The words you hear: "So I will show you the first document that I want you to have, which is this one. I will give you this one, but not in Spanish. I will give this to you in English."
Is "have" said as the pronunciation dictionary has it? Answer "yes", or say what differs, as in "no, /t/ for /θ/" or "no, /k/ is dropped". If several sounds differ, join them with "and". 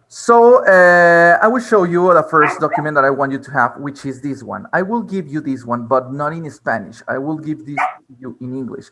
yes